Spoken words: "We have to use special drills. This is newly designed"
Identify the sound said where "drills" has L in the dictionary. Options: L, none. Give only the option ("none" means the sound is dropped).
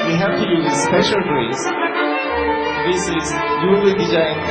none